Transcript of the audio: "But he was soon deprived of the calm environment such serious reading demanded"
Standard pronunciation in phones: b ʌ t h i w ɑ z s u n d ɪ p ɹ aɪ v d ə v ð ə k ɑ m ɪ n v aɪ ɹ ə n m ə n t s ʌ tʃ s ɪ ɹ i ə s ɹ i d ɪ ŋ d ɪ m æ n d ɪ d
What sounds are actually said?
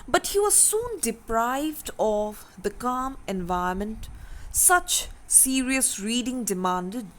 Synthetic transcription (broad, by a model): b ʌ t h i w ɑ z s u n d ɪ p ɹ aɪ v d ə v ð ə k ɑ m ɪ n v aɪ ə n m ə n t s ʌ tʃ s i ɹ i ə s ɹ i d ɪ ŋ d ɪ m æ n d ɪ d